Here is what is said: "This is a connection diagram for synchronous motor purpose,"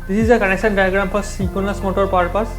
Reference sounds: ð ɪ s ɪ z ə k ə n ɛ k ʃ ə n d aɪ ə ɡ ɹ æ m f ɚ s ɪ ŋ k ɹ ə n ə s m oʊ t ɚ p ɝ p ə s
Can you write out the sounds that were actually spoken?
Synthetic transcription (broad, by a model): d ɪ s ɪ z ə k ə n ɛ k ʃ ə n d aɪ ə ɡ ɹ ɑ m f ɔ s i k ə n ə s m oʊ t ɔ p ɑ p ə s